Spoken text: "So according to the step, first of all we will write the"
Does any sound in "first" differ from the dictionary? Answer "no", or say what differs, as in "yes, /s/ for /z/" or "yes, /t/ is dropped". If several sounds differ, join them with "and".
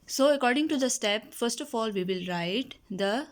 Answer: no